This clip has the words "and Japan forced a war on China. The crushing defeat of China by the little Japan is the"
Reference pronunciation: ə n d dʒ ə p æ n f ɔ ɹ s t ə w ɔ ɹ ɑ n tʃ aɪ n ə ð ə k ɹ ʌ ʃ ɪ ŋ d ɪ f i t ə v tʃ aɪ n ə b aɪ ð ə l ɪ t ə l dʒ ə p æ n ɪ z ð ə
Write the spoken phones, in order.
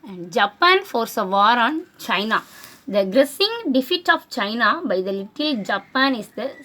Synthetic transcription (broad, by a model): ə n d dʒ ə p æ n f ɔ ɹ s ə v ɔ ɹ ɑ n tʃ aɪ n ə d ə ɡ ɹ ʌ s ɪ ŋ d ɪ f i t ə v tʃ aɪ n ə b aɪ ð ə l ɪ t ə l dʒ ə p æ n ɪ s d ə